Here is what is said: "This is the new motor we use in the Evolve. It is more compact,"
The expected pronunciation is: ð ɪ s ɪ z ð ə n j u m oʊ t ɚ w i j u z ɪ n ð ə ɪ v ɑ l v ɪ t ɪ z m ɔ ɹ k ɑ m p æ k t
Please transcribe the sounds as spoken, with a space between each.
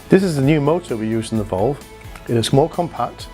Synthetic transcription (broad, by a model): ð ɪ s ɪ z ð ə n j u m oʊ t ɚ w i j u z ɪ n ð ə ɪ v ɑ l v ɪ t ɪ s m ɔ l k ɑ m p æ k t